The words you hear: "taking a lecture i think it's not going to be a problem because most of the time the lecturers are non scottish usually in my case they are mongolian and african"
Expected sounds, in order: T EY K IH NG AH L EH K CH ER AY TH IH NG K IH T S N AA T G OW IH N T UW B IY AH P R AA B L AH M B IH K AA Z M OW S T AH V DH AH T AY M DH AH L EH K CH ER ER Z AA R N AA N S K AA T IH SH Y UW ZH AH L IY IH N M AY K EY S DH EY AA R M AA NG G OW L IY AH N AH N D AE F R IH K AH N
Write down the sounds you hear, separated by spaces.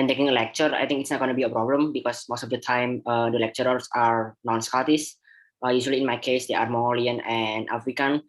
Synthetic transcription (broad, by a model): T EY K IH NG AH L EH K CH ER AY T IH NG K IH T S N AA T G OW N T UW B IY AH P R AA B L AH M B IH K AA S M OW S T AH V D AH T AY M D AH L EH K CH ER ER S AA R N AA N S K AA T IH S Y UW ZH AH L IY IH N M AY K EY S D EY AA R M AA NG G OW L IY AH N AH N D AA F R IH K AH N